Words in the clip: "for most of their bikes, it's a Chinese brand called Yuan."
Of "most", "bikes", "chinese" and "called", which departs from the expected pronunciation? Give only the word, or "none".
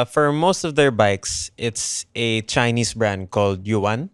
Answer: chinese